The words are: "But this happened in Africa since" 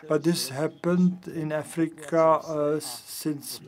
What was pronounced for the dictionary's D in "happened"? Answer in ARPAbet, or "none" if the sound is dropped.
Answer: D